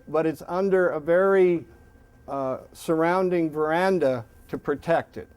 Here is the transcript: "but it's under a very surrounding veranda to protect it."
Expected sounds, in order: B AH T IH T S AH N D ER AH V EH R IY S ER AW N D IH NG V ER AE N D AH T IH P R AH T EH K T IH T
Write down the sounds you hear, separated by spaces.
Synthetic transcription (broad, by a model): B AH T IH T S AH N D ER AH V EH R IY S ER AW N D IH NG V ER AE N D AH T IH P R AH T EH K T IH T